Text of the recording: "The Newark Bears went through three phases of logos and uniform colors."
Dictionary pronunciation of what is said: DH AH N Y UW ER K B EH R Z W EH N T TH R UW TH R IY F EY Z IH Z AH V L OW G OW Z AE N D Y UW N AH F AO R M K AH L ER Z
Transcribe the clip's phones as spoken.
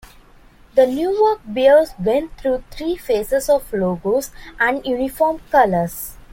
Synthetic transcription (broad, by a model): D AH N Y UW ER K B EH L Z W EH N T T R UW T R IY F EY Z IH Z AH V L OW G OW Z AE N D Y UW N AH F AO R M K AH L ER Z